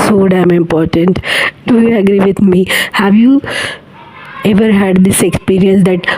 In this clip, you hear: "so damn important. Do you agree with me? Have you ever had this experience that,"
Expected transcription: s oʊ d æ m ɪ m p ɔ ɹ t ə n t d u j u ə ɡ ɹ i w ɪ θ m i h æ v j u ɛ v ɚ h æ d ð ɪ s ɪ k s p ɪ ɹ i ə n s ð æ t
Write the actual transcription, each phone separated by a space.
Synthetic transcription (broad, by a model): s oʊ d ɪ m ɪ m p ɔ ɹ t ə n t d u j u ə ɡ ɹ i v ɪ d m i h æ v j u ɛ v ɚ h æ d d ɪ s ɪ k s p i ɹ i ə n s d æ t